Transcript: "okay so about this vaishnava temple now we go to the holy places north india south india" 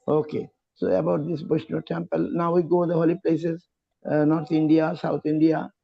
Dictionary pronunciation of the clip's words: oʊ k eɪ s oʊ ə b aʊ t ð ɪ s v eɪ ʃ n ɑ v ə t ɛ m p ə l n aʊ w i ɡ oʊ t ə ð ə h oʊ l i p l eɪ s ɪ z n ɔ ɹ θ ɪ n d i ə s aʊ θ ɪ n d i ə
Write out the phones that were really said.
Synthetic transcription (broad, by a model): oʊ k eɪ s oʊ ə b aʊ t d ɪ s b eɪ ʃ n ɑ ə t ɛ m p ə l n aʊ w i ɡ oʊ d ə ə h oʊ l i p l eɪ s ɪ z n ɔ ɹ t ɪ n d i ə s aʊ t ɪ n d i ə